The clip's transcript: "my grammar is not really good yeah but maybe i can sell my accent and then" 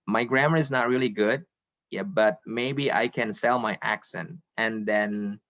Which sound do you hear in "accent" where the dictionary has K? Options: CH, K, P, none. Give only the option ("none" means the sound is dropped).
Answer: K